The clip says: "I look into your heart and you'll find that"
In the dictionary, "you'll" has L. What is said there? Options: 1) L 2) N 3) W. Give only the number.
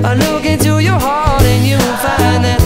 2